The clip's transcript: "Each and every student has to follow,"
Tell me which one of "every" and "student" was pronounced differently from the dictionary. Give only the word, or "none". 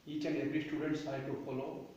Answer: every